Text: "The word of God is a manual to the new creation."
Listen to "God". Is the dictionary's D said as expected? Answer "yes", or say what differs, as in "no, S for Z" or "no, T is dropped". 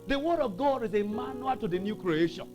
yes